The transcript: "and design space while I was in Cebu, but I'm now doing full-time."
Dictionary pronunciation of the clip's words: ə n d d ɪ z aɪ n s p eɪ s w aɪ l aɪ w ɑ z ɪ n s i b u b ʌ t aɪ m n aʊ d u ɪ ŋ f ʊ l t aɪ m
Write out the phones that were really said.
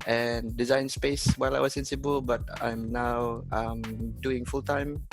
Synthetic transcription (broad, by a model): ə n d d ɪ z aɪ n s p eɪ s w aɪ l aɪ w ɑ s ɪ n s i b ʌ b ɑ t aɪ m n aʊ d u ɪ ŋ f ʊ l t aɪ m